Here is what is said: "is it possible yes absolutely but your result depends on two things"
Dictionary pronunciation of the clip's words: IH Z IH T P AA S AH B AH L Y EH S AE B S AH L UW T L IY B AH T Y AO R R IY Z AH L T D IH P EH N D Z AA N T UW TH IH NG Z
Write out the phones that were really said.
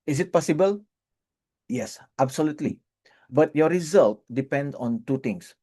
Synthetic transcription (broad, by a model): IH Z IH T P AA S AH B AH L Y EH S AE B S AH L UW T L IY B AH T Y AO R R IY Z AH L T D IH P EH N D AA N T UW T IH NG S